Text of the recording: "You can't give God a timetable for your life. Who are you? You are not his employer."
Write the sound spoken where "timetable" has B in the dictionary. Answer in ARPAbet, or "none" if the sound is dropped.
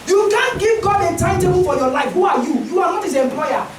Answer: none